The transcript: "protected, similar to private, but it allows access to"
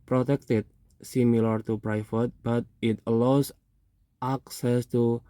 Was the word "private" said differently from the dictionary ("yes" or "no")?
yes